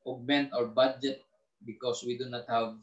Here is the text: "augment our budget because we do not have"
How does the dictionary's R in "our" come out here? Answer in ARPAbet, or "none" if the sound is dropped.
R